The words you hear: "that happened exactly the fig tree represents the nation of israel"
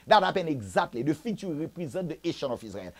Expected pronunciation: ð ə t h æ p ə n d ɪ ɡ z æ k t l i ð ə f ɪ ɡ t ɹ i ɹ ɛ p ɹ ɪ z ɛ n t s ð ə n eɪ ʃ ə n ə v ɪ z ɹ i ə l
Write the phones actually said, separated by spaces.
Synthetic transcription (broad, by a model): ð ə t h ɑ p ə n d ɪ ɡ z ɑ k t l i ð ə f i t i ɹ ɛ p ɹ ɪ z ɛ t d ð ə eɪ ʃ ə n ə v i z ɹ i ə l